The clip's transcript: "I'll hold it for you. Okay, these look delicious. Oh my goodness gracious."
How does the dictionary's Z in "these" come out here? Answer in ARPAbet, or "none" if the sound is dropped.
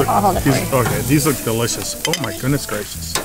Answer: Z